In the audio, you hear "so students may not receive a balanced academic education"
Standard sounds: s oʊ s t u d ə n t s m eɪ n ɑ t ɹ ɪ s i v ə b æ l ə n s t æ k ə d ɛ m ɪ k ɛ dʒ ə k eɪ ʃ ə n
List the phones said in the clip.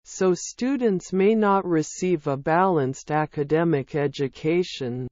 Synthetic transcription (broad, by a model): s oʊ s t u d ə n t s m eɪ n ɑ t ɹ ɪ s i v ə b æ l ə n s t æ k ə d ɛ m ɪ k ɛ dʒ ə k eɪ ʃ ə n